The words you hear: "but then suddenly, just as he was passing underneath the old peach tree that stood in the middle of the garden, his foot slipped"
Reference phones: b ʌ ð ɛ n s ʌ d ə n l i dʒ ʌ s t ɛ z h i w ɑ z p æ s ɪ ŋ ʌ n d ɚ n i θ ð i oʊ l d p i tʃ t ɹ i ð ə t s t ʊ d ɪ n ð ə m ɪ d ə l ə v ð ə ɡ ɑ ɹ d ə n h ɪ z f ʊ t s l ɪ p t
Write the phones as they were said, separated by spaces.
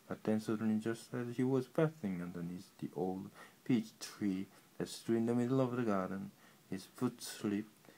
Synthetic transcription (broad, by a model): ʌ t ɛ n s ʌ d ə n i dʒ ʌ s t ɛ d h i w ɑ z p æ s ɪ ŋ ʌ n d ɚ n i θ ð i oʊ l d p i tʃ t ɹ i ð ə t s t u ɪ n ð ə m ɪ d l ə v ð ə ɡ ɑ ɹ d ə n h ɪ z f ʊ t s l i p